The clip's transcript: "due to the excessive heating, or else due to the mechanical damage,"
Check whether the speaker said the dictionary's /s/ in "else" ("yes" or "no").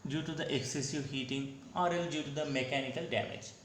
no